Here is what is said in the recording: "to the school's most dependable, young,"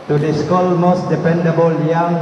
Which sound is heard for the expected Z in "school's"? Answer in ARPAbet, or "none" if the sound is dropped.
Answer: none